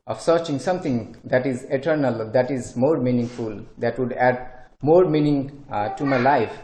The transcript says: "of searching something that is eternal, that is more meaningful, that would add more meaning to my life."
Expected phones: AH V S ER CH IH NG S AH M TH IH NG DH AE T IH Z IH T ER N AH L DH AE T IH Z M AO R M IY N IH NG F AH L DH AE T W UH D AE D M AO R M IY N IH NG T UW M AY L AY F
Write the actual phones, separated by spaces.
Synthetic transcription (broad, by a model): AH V S ER CH IH NG S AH M T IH NG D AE T IH Z IH T ER N AH L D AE T IH Z M AO R M IY N IH NG F AH L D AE T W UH D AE D M AO R M IY N IH NG T UW M AY L AY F